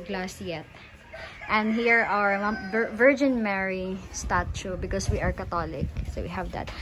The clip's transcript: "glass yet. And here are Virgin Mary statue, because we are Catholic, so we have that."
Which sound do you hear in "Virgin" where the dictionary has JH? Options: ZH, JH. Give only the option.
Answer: JH